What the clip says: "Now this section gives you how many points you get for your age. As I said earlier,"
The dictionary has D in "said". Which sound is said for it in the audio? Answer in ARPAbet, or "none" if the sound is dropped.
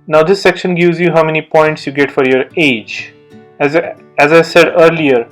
D